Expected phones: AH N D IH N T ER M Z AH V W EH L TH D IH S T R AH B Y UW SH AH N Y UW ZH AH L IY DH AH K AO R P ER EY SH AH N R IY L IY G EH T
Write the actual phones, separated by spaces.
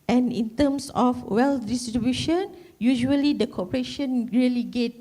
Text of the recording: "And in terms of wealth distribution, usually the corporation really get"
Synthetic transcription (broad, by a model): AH N IH N T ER M S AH F W EH L D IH S T R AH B Y UW SH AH N Y UW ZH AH L IY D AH K AO P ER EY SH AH N R IY L IY G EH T